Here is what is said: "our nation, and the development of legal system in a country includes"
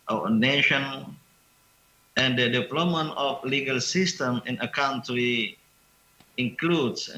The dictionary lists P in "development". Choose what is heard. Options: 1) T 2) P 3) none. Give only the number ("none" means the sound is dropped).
3